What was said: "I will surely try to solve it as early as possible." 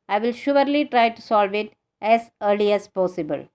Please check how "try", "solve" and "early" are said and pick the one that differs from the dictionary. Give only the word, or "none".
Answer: none